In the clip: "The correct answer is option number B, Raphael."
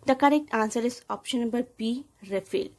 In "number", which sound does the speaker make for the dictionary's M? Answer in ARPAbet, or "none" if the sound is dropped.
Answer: none